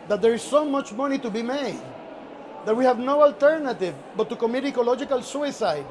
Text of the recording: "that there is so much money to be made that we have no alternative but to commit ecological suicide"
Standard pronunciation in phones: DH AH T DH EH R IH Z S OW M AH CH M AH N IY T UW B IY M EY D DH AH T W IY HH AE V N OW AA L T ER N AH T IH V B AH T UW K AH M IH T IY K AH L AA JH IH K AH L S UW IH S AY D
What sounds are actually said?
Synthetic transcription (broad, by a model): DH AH T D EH R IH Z S OW M AH CH M AH N IY T UW B IY M EY D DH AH T W IY HH AE V N OW AA L T ER N AH T IH V B AH T UW K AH M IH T IY K AH L AA JH IH K AH L S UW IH S AY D